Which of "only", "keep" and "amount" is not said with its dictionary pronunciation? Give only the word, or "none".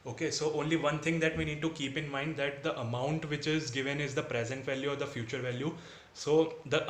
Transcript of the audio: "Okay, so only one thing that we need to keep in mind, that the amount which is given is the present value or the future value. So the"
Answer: none